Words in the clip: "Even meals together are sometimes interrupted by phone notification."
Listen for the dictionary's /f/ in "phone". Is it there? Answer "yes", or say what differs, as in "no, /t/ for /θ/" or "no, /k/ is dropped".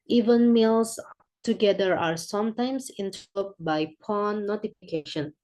no, /p/ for /f/